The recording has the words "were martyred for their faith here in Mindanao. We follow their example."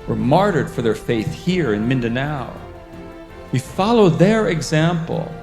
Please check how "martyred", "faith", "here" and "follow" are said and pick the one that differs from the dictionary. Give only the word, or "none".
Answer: none